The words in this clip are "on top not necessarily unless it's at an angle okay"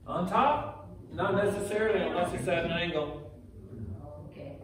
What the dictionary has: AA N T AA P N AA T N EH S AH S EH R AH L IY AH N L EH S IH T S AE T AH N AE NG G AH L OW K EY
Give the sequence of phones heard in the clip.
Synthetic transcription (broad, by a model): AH N T AA P N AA T N EH S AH S EH R L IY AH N EH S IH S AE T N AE NG G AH L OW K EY